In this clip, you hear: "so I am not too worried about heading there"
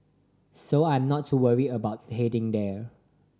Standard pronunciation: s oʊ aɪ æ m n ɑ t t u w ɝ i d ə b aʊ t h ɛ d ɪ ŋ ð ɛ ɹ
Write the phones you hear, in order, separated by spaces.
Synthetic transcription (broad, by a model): s oʊ aɪ m n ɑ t t u w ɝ i ə b aʊ t h ɛ d ɪ ŋ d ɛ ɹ